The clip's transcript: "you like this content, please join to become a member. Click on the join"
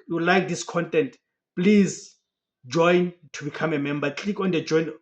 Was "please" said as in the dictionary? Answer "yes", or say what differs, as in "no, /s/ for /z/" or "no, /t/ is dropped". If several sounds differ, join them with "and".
yes